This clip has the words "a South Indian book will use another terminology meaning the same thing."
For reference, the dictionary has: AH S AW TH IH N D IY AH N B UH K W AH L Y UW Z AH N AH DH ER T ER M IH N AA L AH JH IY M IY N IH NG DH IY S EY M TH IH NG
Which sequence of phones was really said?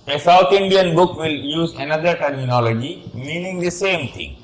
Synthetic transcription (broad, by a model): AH S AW T IH N D IY AH N B UH K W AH L Y UW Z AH N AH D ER T ER M IH N AA L AH JH IY M IY N IH NG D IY S EY M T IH NG